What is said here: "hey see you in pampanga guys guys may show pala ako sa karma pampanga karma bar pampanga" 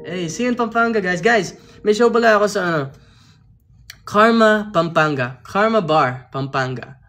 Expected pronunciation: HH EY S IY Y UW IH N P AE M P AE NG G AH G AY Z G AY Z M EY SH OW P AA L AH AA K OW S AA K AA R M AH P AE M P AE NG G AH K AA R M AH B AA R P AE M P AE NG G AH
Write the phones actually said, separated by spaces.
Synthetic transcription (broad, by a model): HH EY S IY IH N P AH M P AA NG G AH G AY S G AY S M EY SH OW B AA L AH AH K OW S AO K AA R M AH P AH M P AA NG G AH K AA R M AH B AA R P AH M P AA NG G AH